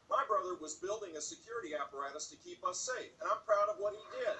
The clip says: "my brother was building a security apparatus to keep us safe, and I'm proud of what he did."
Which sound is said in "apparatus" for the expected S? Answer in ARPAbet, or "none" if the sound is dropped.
S